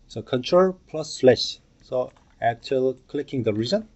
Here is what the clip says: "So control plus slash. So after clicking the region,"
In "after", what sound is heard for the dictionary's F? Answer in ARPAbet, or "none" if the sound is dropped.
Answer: none